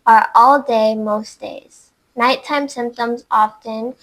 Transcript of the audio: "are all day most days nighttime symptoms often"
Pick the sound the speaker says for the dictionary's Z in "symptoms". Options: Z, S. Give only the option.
Z